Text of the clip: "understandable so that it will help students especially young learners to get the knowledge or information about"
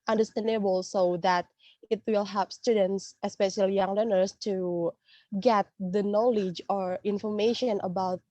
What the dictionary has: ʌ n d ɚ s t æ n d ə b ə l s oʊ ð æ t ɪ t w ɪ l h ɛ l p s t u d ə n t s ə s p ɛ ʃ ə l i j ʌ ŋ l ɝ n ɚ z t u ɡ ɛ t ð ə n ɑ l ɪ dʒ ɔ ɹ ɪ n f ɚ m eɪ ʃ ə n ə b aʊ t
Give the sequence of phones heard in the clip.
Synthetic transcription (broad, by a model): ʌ n d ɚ s t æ n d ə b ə l s oʊ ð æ t ɪ t w ɪ l h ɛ p s t u d ə n t s ə s p ɛ ʃ ə l i j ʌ ŋ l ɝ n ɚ s t u ɡ ɛ t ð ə n ɑ l ɪ dʒ ɔ ɹ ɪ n f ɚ m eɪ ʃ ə n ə b aʊ t